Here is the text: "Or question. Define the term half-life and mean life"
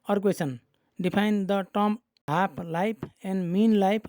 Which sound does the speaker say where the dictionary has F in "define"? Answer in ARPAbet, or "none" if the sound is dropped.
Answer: P